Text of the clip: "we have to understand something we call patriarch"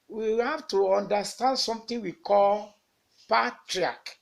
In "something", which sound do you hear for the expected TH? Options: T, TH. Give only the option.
T